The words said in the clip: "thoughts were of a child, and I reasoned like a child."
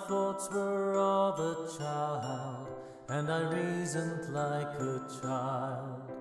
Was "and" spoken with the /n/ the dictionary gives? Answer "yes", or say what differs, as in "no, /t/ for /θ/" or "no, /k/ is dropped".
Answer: no, /l/ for /n/